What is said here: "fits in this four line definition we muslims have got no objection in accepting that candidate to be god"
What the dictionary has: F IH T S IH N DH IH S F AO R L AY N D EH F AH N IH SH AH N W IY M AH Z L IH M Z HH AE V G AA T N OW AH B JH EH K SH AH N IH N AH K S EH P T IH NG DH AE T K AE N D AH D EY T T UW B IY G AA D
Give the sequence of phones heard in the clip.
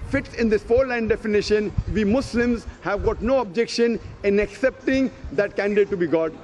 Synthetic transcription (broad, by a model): F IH T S IH N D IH S F AO R L AY N D EH F AH N IH SH AH N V IY M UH S L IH M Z HH AE V G AA T N OW AH B JH EH K SH AH N IH N AH K S EH P T IH NG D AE T K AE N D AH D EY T T UW B IY G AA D